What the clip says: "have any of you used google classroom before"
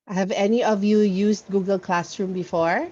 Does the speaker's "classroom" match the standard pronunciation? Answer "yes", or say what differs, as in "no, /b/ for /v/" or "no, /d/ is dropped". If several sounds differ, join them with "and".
yes